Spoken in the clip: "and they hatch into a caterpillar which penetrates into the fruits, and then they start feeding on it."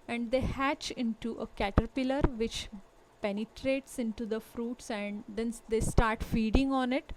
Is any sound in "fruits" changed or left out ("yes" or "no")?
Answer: no